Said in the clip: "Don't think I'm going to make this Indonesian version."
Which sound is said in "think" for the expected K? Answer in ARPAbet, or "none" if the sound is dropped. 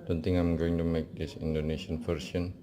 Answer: none